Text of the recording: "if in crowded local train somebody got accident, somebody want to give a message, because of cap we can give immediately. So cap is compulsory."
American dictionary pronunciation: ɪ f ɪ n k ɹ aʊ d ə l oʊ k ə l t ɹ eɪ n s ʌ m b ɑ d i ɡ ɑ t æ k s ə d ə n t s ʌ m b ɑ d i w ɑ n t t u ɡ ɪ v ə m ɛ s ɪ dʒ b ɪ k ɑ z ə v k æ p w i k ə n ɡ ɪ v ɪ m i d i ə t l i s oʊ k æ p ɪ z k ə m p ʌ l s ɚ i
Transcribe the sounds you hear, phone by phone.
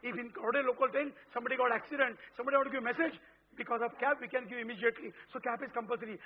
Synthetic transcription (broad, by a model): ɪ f ɪ n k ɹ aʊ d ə l oʊ k ə l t eɪ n s ʌ m b ɑ d i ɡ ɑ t æ k s ə d ə n t s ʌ m b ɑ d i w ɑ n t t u ɡ ɪ v m ɛ s ɪ dʒ b ɪ k ɑ z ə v k æ p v i k ə n ɡ ɪ v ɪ m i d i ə t l i s oʊ k æ p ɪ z k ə m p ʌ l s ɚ i